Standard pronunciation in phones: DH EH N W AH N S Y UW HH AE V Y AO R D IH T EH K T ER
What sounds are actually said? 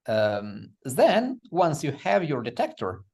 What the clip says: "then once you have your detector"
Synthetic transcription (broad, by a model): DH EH N W AH N S Y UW HH AE V Y AO R D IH T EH K T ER